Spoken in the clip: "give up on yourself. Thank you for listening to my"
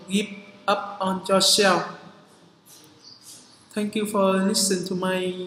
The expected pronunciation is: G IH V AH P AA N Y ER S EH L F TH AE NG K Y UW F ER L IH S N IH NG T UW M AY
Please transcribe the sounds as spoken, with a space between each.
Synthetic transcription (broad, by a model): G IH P AH P AA N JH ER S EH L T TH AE NG K Y UW F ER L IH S IH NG T UW M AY